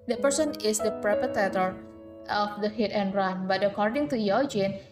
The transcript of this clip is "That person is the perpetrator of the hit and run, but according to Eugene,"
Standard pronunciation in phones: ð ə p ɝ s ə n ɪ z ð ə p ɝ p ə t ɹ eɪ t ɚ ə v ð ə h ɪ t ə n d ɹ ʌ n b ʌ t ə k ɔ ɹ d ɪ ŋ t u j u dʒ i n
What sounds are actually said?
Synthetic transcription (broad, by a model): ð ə p ɝ s ə n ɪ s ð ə p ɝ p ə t eɪ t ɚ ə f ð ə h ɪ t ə n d ɹ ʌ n b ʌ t ə k ɔ ɹ d ɪ ŋ t u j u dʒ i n